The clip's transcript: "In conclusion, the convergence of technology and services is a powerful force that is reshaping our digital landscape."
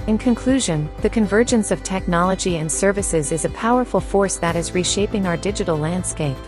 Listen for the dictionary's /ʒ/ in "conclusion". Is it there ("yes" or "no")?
yes